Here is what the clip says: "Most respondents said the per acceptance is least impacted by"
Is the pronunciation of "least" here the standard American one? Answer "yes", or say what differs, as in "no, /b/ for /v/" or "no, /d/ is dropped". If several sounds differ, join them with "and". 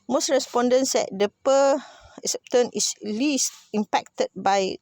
yes